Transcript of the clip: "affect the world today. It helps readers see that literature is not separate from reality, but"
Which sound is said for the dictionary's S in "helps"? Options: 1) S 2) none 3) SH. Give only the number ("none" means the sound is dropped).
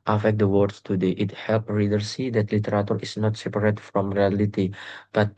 2